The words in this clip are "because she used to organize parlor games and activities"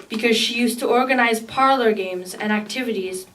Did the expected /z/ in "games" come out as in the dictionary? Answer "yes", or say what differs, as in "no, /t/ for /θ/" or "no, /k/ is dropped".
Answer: yes